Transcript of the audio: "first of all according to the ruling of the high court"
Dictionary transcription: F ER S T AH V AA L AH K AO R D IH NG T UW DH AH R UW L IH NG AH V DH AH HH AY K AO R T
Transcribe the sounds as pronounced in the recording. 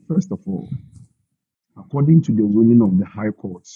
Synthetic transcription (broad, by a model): F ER S T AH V AA L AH K AO D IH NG T UW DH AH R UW N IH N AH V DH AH HH AY K AO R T